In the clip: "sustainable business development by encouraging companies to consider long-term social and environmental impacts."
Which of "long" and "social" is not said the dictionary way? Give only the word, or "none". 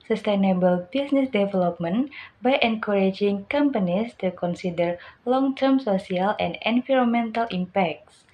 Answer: social